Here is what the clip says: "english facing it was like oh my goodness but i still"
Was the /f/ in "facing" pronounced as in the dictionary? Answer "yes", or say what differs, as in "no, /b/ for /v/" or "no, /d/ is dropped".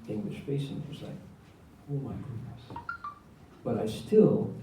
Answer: no, /p/ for /f/